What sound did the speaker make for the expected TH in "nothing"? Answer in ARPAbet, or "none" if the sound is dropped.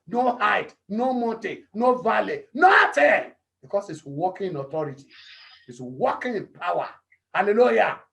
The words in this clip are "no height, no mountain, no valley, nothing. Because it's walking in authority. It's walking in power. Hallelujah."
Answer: T